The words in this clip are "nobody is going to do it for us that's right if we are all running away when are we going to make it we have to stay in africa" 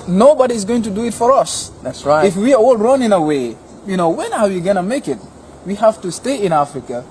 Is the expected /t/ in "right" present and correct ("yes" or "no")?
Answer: no